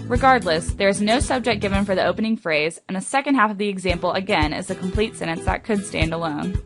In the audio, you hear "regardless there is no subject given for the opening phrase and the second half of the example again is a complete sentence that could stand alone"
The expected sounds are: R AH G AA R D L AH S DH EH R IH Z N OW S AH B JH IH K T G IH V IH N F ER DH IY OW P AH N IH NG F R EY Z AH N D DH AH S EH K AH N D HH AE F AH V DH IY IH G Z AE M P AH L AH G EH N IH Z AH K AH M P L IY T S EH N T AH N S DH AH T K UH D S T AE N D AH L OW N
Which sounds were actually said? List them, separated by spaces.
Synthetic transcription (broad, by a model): R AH G AA R D L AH S DH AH R IH Z N OW S AH B JH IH K G IH V IH N F ER DH IY OW P AH N IH NG F R EY Z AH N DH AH S EH K AH N D HH AE F AH V DH IY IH G Z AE M P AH L AH G EH N IH Z AH K M P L IY T S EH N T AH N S DH AH T K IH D S T AE N D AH L OW N